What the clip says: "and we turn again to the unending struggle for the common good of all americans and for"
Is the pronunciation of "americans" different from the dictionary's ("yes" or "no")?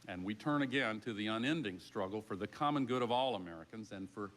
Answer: no